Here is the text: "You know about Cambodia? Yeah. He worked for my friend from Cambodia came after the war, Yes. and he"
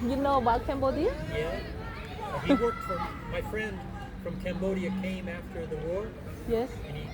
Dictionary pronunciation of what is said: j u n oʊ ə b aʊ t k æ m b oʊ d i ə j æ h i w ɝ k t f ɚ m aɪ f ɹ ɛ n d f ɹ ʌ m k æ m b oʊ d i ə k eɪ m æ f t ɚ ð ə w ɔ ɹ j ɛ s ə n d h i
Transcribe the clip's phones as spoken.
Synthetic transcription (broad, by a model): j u n oʊ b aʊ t k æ m b oʊ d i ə j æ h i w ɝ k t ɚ m aɪ f ɹ ɛ n d f ɹ ʌ m k æ m b oʊ d i ə k eɪ m æ f t ɚ ð ə w ɔ ɹ j ɛ s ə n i